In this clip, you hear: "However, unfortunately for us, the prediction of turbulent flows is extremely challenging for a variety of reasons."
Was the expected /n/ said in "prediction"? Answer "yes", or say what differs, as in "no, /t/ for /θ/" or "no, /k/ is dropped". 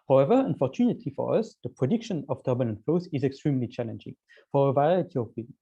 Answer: yes